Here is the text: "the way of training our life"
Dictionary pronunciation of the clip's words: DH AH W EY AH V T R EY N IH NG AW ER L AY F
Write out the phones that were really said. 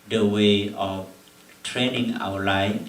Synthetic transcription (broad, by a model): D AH W EY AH F T R EY N IH NG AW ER L AY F